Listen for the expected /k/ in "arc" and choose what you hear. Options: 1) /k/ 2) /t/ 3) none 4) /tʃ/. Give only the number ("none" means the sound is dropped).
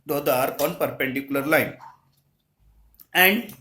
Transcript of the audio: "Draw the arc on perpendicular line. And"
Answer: 3